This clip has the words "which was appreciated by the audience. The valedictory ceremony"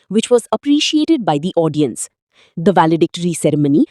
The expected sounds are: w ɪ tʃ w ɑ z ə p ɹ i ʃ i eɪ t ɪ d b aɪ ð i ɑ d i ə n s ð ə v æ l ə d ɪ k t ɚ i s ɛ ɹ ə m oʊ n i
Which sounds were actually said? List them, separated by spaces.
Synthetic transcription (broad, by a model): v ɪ tʃ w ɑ z ə p ɹ i ʃ i eɪ t ɪ d b aɪ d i ɑ d i ə n s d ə v æ l ə d ɪ k t ɚ i s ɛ ɹ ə m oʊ n i